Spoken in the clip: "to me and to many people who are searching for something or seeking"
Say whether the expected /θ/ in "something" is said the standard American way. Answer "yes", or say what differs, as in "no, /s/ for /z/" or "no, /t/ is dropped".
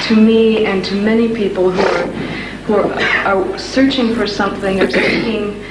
yes